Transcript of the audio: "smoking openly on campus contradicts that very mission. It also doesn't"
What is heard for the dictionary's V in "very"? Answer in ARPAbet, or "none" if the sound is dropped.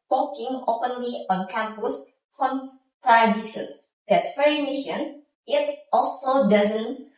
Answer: F